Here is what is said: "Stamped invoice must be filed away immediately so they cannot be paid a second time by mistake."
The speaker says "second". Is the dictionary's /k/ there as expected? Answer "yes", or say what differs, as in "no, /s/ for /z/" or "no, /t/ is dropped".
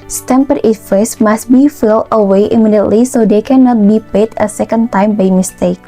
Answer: yes